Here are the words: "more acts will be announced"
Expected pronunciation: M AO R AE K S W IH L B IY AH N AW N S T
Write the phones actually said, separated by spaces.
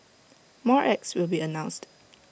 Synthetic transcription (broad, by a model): M AO R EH K S W IH L B IY AH N AW N S T